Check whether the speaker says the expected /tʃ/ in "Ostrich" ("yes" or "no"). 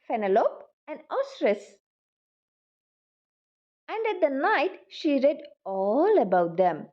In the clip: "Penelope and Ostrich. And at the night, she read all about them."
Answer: no